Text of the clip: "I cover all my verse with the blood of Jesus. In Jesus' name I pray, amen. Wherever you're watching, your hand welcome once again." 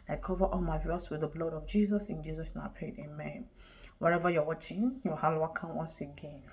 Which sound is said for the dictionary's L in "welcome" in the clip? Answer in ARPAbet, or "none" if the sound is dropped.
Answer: none